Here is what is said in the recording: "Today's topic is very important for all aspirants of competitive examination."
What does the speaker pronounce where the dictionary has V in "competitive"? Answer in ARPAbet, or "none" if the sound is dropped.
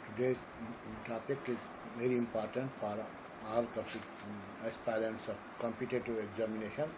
none